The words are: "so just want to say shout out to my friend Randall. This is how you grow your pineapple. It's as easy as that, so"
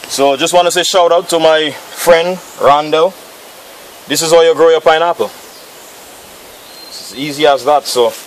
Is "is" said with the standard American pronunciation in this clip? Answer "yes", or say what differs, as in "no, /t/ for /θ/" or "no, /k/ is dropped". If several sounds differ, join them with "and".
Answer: yes